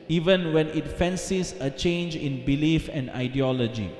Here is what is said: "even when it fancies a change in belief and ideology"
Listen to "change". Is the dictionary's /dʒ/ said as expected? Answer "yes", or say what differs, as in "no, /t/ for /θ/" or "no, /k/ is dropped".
yes